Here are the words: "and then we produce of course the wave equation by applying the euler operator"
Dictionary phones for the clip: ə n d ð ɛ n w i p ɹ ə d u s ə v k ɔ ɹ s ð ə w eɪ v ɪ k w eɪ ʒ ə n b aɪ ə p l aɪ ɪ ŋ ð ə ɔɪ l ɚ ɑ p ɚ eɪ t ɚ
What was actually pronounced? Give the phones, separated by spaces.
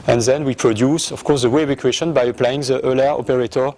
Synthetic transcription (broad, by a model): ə n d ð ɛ n w i p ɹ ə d u s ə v k ɔ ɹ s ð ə w eɪ v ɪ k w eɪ ʃ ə n b aɪ ə p l aɪ ɪ ŋ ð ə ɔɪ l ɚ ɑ p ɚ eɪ t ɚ